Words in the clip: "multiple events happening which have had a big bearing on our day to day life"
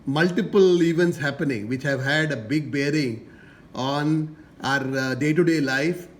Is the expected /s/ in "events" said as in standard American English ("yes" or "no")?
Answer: yes